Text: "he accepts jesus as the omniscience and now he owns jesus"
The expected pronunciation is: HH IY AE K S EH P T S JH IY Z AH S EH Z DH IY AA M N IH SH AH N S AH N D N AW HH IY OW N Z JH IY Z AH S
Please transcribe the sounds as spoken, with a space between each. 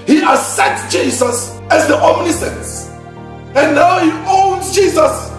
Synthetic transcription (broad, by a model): HH IY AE S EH T JH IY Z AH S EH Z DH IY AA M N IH S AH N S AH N N AW HH IY OW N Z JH IY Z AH S